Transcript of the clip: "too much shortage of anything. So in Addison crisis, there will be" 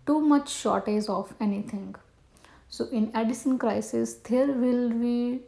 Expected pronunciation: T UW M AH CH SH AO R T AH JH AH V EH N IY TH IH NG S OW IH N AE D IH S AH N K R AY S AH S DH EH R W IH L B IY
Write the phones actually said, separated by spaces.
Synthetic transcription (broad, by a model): T UW M AH CH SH AO R T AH Z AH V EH N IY T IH NG S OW IH N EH D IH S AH N K R AY S AH S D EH R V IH L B IY